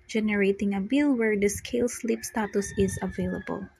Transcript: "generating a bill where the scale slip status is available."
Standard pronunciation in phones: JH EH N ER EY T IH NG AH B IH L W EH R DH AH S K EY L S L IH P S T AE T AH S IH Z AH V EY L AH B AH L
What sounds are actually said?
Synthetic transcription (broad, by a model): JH EH N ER EY T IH NG AH B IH L W EH R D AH S K EY L S L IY P S T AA T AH S IH Z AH V EY L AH B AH L